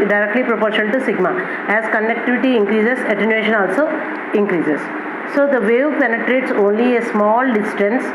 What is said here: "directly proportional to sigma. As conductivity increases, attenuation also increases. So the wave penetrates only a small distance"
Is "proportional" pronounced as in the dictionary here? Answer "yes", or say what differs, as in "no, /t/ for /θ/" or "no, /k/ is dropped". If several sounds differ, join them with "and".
no, /n/ is dropped and /n/ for /l/